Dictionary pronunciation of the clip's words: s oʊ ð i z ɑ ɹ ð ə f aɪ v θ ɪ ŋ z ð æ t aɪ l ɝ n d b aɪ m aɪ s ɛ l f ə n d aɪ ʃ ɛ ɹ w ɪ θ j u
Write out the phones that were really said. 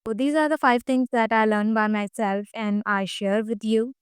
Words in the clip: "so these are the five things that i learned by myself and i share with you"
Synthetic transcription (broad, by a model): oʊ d i z ɑ ɹ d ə f aɪ v t ɪ ŋ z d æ t aɪ l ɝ n b aɪ m aɪ s ɛ l f ə n d aɪ ʃ ɛ ɹ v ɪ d j u